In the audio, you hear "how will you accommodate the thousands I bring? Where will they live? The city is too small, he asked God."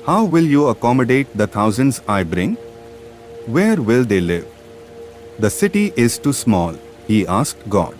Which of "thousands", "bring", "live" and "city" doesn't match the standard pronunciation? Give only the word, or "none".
thousands